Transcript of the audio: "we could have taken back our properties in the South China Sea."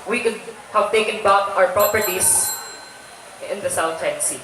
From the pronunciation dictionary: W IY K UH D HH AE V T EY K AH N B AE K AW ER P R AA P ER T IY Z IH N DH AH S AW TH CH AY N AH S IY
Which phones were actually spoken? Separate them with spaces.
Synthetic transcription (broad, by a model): W IY K UH D HH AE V T EY K AH N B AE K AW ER P R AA P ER T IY S IH N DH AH S AW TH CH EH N S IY